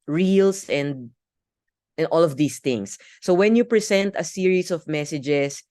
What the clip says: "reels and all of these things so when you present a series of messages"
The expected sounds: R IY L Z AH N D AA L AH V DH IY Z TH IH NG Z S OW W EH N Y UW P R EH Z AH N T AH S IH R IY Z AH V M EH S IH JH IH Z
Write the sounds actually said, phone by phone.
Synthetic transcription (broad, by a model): R IY L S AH N D AA L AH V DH IY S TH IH NG S OW W EH N Y UW P R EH S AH N T AH S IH R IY S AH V M EH S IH JH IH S